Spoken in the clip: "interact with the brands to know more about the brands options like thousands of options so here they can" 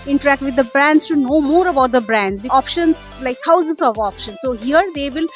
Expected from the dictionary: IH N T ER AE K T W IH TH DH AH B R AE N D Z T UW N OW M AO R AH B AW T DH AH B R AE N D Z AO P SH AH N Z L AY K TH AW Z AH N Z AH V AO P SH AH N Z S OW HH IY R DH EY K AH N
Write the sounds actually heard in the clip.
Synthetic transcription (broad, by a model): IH N T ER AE K T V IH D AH B R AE N D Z T UW N OW M AO R AH B AW T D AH B R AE N D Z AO P SH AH N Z L AY K T AW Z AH N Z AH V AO P SH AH N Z S OW HH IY R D EY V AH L